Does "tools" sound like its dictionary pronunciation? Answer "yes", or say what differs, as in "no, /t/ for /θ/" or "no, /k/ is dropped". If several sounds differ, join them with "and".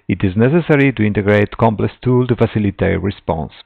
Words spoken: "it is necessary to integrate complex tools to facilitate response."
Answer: no, /z/ is dropped